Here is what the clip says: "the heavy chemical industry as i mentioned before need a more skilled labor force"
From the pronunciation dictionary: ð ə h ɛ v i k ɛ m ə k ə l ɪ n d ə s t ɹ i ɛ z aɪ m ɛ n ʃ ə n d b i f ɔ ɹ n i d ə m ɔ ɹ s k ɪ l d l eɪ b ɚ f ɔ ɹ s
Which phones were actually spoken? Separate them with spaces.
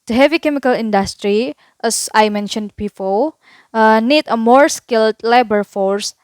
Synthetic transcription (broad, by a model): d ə h ɛ v i k ɛ m ə k ə l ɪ n d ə s t ɹ i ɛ s aɪ m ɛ n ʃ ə n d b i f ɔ l n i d ə m ɔ ɹ s k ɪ l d l eɪ b ɚ f ɔ ɹ s